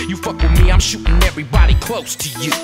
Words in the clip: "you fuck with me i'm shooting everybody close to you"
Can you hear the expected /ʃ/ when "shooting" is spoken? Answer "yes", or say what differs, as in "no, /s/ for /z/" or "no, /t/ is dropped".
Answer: yes